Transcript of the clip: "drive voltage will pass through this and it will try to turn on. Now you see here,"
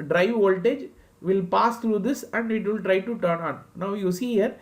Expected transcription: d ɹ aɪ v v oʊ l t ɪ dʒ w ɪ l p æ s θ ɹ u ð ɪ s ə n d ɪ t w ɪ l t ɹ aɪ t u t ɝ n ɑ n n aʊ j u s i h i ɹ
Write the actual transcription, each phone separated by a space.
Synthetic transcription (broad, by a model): d ɹ aɪ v v oʊ l t ɪ dʒ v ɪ l p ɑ s t ɹ u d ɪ s ə n d ɪ t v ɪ l t ɹ aɪ t u t ɝ n ɑ n n aʊ j u s i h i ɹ